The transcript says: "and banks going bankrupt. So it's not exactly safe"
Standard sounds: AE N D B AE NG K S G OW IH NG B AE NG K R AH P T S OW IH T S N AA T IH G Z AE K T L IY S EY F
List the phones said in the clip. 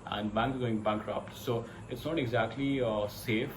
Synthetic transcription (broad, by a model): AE N D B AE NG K G OW IH NG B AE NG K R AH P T S OW IH T S N AA T IH G Z AE K T L IY S EY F